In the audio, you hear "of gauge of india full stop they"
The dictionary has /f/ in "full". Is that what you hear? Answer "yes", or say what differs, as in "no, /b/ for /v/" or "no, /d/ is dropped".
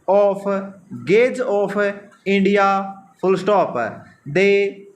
no, /p/ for /f/